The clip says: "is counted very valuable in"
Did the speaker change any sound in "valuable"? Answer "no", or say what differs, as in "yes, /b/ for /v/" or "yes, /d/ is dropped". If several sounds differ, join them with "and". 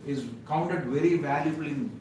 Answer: no